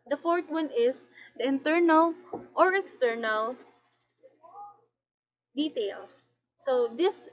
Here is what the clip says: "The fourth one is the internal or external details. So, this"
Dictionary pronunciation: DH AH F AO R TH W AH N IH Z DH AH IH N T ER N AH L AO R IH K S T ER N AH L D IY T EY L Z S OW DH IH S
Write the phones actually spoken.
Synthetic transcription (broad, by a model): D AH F AO R T W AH N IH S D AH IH N T ER N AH L AO R IH K S T ER N AH L D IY T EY L S OW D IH S